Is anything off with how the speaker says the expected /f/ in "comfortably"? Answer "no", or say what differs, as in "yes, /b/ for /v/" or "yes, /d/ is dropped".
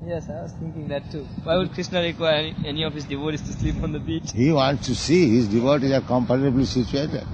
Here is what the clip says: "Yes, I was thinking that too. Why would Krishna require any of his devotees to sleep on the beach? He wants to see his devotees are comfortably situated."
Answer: yes, /p/ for /f/